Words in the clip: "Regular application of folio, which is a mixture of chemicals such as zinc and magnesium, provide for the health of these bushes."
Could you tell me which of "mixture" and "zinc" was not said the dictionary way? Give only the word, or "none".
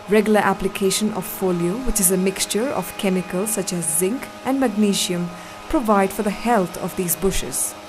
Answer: none